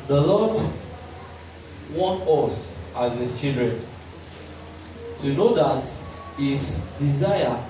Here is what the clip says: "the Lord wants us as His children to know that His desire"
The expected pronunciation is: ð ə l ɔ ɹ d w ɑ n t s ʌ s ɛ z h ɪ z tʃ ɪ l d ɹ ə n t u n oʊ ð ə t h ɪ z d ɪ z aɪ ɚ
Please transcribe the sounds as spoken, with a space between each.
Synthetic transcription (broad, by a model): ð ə l ɔ d w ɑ n t ɔ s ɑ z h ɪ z tʃ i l d ɹ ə n t u n oʊ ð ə t h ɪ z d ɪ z aɪ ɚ